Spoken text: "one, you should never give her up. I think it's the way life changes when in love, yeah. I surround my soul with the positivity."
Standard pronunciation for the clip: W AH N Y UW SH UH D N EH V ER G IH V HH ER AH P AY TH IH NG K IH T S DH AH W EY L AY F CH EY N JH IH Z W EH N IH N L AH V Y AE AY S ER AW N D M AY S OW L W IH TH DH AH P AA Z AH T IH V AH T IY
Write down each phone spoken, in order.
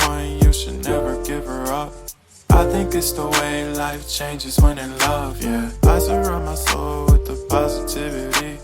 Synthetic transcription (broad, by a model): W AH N Y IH SH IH D N EH V ER G IH V ER AH P AY TH IH NG K IH T S DH AH W EY L AY F CH EY N JH IH Z W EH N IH L AH V Y AE AY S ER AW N M AY S OW L W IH DH AH P AA Z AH T IH V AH T IY